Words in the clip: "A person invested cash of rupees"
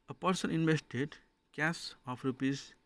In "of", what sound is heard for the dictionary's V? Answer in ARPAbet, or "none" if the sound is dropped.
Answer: P